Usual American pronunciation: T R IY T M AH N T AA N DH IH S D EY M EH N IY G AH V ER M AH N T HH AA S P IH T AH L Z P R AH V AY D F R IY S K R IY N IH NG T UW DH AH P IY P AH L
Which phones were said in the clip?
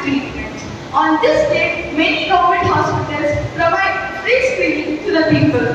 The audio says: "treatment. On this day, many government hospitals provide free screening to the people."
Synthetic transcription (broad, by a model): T R IY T M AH N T AA N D IH S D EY M EH N IY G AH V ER M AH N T HH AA S P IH T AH L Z P R AH V AY D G R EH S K IY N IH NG T UW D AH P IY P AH L